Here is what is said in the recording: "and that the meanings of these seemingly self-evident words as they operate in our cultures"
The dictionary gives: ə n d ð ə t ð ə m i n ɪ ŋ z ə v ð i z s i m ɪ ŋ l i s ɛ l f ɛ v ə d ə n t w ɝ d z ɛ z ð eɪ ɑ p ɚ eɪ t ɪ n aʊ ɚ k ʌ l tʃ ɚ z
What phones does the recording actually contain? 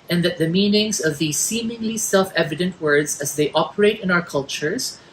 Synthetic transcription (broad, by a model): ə n ð ə t ð ə m i n ɪ ŋ z ə v ð i z s i m ɪ ŋ l i s ɛ l f ɛ v ə d ə n t w ɝ d z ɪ z ð eɪ ɑ p ɚ eɪ t ɪ n aʊ ɚ k ʌ l tʃ ɚ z